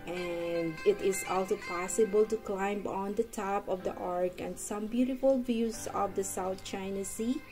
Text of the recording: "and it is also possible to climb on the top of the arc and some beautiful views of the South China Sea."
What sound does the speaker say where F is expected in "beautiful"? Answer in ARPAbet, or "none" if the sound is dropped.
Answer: F